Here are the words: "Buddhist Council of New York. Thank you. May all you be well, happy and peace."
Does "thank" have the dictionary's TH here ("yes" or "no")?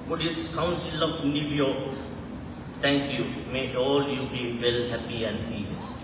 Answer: no